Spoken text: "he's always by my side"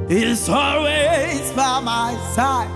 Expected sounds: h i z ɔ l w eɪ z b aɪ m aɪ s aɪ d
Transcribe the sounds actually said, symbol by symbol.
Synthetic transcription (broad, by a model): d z ɔ l w eɪ z b aɪ m aɪ s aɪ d